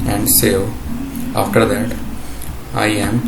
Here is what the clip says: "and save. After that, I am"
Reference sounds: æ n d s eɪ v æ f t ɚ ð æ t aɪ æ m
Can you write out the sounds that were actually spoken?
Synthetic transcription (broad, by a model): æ n d s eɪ æ f t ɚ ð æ t aɪ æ m